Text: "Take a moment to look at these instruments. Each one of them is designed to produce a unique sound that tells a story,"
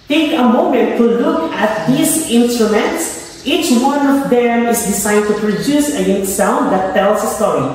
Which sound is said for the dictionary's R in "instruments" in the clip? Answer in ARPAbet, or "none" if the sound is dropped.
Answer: R